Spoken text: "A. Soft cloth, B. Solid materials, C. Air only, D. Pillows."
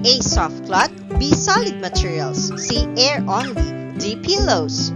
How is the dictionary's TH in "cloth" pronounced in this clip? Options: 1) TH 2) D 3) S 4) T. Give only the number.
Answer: 4